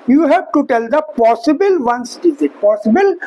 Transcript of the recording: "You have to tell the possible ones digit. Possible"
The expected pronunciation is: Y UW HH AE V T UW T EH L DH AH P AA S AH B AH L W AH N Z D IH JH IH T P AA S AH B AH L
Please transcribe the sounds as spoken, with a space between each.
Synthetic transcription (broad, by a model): Y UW HH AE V T UW T EH L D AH P AA S AH B AH L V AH N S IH Z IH T P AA S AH B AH L